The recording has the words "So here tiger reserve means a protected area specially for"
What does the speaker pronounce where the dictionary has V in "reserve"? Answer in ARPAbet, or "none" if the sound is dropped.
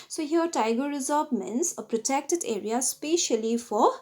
B